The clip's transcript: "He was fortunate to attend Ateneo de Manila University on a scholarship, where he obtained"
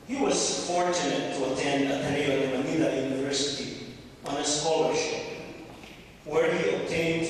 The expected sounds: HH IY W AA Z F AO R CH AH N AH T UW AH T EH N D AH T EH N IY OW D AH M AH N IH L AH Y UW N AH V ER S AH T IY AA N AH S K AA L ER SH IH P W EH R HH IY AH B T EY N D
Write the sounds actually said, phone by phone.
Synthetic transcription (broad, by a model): HH IY W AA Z F AO R CH AH N AH T UW AH T EH N D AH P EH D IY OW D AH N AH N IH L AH Y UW N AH V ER S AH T IY AA N AH S K AA L ER SH IH P W EH R HH IY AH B T EY N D